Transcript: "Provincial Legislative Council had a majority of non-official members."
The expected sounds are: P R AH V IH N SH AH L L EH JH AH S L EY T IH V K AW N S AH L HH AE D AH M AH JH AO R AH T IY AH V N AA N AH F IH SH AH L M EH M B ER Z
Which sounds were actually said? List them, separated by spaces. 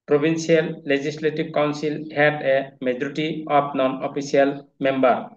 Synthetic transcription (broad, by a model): P R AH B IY N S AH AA L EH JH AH S L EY T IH B K AW N S AH L HH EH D AH M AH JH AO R T IY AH P N AA N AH P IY S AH L M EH M B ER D